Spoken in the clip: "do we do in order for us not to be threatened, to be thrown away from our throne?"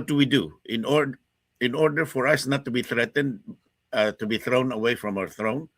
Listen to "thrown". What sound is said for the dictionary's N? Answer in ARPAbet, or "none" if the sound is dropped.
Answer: N